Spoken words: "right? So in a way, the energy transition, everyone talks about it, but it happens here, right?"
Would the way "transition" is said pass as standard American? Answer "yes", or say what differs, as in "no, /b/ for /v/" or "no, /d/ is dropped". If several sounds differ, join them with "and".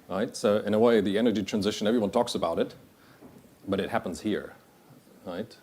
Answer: yes